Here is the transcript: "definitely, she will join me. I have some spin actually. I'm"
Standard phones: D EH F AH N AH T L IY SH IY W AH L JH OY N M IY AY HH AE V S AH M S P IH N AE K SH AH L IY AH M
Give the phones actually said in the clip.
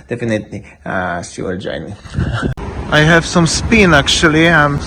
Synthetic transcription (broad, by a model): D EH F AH N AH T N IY S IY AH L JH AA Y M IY AY HH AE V S AH M S P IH N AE K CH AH L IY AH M